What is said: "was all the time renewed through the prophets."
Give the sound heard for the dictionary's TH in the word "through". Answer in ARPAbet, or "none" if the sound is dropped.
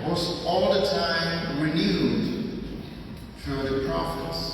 F